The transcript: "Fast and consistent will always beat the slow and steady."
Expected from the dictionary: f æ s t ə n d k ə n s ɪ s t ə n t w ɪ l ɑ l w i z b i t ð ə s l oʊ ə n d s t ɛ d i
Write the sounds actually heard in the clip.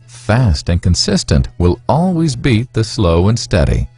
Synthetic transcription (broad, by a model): f æ s t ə n k ə n s ɪ s t ə n t w ɪ l ɑ l w i z b i t ð ə s l oʊ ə n s t ɛ d i